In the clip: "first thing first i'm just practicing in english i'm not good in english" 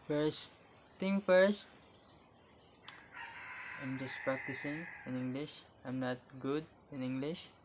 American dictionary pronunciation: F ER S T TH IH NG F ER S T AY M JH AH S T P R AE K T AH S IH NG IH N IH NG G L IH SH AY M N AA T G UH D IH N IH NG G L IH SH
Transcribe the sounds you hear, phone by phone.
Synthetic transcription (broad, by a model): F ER S T T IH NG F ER S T AY M JH AH S T P R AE K T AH S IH NG IH N IH NG G L IH SH AY M N AA T G UH D IH N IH NG G L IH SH